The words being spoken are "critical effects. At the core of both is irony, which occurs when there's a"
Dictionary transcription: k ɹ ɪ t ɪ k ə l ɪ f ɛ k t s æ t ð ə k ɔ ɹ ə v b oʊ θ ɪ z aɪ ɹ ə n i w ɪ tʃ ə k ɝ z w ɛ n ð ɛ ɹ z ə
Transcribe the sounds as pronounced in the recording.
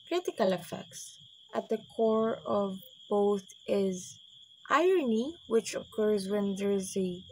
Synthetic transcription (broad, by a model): k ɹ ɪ t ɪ k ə l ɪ f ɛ k t s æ t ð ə k ɔ ɹ ə v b oʊ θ ɪ z aɪ ɹ ə n i w ɪ tʃ ə k ɝ z w ɛ n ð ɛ ɹ z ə